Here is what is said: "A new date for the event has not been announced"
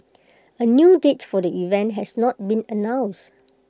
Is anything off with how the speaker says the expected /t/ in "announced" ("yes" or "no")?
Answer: yes